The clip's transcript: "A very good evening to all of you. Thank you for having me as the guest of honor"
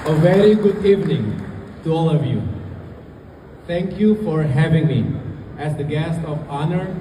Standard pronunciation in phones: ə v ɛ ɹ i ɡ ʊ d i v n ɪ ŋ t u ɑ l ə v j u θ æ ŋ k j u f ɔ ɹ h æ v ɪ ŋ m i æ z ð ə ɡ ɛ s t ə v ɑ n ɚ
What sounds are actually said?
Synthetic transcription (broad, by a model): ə v ɛ ɹ i ɡ ʊ d i v n ɪ ŋ t u ɑ l ə v j u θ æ ŋ k j u f ɔ ɹ h æ v ɪ ŋ m i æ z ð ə ɡ ɛ s t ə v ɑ n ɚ